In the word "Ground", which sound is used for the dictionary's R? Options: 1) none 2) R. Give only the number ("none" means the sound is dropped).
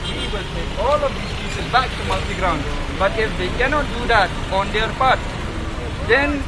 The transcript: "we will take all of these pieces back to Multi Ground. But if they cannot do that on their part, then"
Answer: 2